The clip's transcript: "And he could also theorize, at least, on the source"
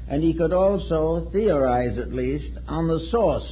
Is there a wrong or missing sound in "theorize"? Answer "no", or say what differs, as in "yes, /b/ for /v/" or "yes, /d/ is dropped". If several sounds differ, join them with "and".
no